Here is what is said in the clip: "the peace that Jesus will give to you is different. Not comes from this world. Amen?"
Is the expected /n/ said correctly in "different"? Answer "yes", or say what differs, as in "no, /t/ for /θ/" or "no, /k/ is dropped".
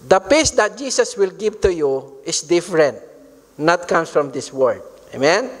yes